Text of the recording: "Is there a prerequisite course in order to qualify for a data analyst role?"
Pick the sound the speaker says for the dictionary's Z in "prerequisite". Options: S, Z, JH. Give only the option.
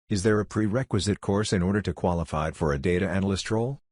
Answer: Z